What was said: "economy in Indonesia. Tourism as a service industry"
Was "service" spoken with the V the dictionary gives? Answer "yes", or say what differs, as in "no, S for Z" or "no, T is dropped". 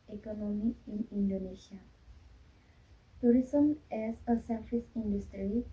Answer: no, F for V